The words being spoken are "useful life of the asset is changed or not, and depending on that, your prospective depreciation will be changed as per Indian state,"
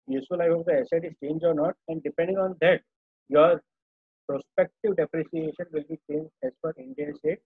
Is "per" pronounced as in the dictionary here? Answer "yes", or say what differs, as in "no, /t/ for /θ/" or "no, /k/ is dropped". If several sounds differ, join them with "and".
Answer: no, /f/ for /p/